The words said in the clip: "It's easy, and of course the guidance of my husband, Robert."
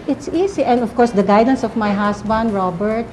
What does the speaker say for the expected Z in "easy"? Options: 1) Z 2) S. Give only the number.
2